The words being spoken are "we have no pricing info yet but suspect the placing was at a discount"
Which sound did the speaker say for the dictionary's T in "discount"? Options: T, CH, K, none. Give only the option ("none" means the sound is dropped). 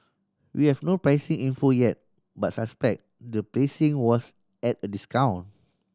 none